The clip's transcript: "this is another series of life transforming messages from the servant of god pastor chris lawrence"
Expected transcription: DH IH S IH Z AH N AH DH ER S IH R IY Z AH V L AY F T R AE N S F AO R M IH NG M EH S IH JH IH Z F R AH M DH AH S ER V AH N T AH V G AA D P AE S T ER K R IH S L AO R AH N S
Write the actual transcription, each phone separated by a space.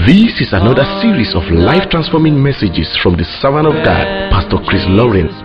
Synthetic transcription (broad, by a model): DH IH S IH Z AH N AH DH ER S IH R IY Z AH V L AY F T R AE N S F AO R M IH NG M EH S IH JH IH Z F R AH M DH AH S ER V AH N AH V G AA D P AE S T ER K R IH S L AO R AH N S